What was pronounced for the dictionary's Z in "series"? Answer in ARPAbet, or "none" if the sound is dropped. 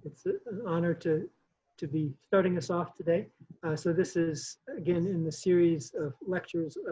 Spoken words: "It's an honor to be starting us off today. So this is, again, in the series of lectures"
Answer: Z